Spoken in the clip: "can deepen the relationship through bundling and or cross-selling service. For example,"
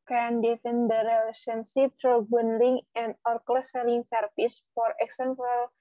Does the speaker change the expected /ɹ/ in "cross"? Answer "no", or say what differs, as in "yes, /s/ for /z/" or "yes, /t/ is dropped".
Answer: yes, /l/ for /ɹ/